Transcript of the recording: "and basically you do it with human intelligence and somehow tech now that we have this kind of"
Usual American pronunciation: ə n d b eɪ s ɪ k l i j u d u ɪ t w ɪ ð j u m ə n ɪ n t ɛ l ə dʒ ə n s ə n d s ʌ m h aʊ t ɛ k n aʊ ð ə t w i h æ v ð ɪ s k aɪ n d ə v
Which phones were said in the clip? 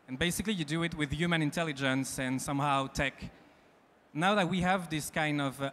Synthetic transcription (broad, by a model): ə n b eɪ s ɪ k l i j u d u ɪ t w ɪ ð j u m ə n ɪ n t ɛ l ə dʒ ə n s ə n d s ʌ m h aʊ t ɛ k n aʊ ð ə t w i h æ v ð ɪ s k aɪ n d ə v